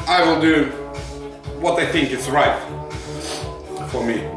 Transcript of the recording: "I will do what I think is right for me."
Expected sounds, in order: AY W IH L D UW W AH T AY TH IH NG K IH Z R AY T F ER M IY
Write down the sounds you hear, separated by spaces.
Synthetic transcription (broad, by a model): AY W IH L D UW W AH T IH TH IH NG K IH S R AY T F ER M IY